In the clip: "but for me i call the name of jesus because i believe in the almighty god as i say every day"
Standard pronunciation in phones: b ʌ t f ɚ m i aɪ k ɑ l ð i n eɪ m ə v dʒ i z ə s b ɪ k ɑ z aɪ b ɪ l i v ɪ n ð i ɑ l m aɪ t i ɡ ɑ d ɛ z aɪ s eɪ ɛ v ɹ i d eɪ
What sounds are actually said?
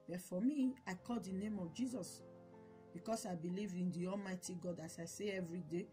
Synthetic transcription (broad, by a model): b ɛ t f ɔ m i aɪ k ɑ l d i n eɪ m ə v dʒ i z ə s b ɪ k ɑ s aɪ b ɪ l i v ɪ n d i ɑ l m aɪ t i ɡ ɑ d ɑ s aɪ s eɪ ɛ v ɹ i d eɪ